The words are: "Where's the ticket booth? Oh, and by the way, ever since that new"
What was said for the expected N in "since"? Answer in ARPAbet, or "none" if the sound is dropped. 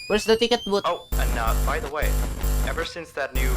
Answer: N